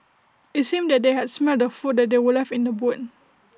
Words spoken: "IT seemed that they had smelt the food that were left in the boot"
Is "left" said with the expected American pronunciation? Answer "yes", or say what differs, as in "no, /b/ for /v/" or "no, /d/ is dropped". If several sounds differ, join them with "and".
no, /t/ is dropped